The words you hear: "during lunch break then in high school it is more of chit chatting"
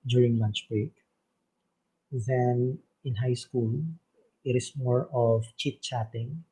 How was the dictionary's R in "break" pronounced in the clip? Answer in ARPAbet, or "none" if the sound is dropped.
R